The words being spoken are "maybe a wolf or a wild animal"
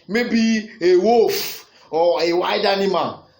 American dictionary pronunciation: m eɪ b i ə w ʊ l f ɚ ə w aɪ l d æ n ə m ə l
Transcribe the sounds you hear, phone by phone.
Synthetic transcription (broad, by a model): m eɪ b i ə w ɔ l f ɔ ə w aɪ d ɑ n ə m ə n